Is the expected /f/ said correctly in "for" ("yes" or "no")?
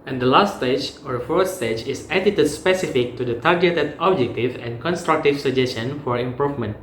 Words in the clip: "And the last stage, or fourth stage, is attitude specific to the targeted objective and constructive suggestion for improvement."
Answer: yes